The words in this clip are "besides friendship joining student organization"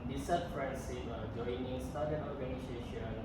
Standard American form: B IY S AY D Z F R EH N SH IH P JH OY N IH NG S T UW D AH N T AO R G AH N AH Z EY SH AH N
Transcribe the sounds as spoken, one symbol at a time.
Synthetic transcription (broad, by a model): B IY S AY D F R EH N S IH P JH OY N IH NG S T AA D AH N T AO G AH N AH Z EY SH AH N